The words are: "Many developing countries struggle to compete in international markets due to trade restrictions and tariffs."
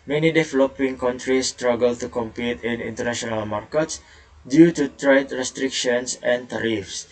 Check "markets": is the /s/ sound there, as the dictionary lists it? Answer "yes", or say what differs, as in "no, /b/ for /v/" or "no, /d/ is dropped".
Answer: yes